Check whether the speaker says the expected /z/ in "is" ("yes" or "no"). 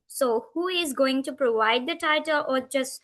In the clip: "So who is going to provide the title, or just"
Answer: yes